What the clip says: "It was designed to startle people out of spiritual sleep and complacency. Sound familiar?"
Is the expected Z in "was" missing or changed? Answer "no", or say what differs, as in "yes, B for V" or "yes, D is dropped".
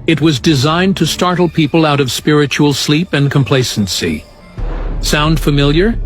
no